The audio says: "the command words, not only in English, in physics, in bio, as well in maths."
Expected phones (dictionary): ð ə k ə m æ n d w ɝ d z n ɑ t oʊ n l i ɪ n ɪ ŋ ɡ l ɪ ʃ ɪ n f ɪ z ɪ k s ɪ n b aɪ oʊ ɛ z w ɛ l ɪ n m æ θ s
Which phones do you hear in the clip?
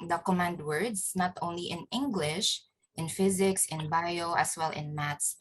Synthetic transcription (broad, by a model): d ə k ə m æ n d w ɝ d s n ɑ t oʊ n l i ɪ n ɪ ŋ ɡ l ɪ ʃ ɪ n f ɪ z ɪ k s ɪ n b aɪ oʊ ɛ s w ɛ l ɪ n m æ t s